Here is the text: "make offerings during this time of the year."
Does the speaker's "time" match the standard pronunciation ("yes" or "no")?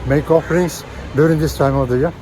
yes